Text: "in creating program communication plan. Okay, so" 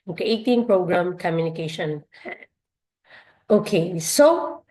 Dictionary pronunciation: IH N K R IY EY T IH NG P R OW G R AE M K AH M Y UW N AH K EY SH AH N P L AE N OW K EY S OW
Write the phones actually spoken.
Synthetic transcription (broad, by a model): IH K IY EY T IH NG P R OW G R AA M K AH M Y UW N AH K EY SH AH N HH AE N OW K EY S OW